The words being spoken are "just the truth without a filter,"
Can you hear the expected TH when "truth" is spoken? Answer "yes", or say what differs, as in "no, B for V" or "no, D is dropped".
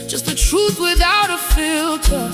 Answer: yes